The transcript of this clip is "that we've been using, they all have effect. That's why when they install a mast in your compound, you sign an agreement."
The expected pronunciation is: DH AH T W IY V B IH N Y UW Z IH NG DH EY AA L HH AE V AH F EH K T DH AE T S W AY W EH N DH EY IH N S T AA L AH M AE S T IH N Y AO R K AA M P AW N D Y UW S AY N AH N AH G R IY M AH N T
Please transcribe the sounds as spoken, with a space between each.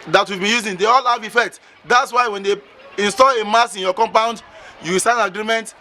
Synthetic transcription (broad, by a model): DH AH T W IY V B IH N Y UW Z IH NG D EY AA L HH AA V AH F EH K T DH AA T S W AY W EH N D EY IH N S T AA L AH M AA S IH N Y AO K AA M P AW N D Y UW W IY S AH N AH G R IY M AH N T